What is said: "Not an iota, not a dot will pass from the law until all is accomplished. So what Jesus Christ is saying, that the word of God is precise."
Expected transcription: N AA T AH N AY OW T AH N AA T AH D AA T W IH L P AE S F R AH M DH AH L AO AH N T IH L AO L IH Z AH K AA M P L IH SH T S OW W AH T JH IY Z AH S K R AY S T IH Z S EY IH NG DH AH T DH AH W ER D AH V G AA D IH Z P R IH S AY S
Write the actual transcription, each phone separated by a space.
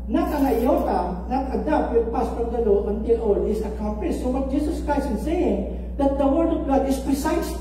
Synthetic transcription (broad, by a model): N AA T AH N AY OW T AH N AA T AH D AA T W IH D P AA S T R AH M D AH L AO AH N T IH L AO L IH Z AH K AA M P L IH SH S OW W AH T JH IY S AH S K R AY S T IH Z S EY IH NG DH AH T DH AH W ER D AH V G AA D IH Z P R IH S AY S